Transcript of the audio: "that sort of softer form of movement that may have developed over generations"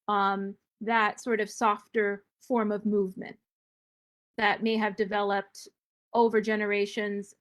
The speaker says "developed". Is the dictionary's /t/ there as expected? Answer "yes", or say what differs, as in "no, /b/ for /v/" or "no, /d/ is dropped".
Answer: yes